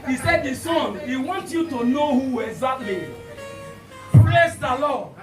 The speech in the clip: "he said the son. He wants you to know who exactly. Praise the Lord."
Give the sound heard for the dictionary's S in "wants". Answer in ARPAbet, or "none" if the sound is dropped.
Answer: none